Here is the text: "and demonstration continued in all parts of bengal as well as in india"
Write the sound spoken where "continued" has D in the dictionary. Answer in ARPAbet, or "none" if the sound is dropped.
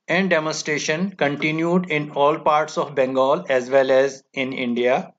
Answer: D